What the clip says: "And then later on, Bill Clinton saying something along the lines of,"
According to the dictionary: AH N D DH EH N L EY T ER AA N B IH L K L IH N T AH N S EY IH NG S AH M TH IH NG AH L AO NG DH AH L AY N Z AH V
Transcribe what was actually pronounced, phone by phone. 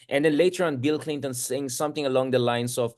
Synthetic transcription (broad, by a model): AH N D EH N L EY T ER AA N B IH L K L IH N T AH N S EY IH NG S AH M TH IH NG AH L AO NG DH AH L AY N S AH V